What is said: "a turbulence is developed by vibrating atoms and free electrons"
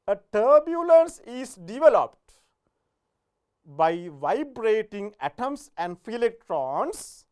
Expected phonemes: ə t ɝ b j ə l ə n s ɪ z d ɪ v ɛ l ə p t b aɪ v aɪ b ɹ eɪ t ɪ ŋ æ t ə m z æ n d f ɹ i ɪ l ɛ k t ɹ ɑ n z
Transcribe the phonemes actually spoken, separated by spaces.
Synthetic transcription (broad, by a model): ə t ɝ b j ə l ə n s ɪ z d ɪ v ɛ l ə p t b aɪ v aɪ b ɹ eɪ t ɪ ŋ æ t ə m s æ n d f i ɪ l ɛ k t ɹ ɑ n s